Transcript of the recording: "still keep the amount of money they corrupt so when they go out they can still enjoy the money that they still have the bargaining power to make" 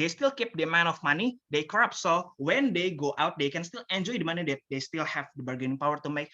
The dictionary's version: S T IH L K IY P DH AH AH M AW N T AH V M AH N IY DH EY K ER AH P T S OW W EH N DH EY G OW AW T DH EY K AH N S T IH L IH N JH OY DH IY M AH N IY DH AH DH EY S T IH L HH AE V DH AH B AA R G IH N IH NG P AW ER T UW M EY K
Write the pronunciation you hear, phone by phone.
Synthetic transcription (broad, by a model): S T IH L K IY P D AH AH M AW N AH F M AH N IY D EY K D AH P S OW W EH N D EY G OW AW T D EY K AH N S T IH L IH N JH OY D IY M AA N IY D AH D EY S T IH L HH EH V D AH B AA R G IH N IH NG P AW ER T UW M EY K